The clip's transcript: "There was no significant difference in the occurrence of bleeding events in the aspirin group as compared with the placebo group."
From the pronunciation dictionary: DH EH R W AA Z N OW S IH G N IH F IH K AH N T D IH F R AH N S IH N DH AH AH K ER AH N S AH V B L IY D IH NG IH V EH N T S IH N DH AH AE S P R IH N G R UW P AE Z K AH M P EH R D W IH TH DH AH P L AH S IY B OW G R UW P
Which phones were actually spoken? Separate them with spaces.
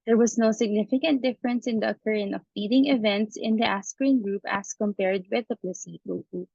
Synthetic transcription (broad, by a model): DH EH R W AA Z N OW S IH G N IH F IH K AH N T D IH F R AH N S IH N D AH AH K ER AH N AH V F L IY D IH NG IH V EH N T S IH N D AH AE S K R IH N G R UW P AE S K AH M P EH R D W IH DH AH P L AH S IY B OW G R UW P